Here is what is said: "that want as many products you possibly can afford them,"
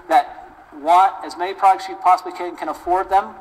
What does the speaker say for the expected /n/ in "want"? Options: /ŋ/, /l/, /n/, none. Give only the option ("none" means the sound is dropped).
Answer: none